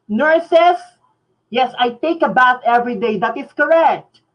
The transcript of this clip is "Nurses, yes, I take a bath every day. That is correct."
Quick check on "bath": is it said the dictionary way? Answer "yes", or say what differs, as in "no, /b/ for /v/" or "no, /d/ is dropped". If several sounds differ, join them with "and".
no, /t/ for /θ/